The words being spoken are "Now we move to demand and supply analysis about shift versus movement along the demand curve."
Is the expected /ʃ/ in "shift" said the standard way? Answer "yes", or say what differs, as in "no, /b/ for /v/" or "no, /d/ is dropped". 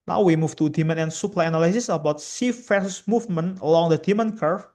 no, /s/ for /ʃ/